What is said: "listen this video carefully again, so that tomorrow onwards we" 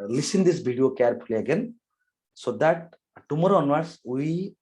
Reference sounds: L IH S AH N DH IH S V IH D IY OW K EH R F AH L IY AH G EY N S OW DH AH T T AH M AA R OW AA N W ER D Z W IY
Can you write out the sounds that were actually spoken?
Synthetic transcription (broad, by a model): L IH S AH N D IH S B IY D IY OW K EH R P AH L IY AH G EY N S OW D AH T T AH M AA R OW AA N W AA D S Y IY